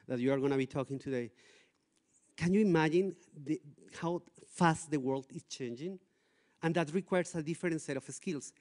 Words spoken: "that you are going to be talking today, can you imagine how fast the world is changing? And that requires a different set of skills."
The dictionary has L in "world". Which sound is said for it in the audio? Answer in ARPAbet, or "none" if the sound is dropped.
L